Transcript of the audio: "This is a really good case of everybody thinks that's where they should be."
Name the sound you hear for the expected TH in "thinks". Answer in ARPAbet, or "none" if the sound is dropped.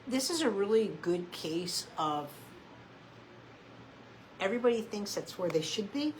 TH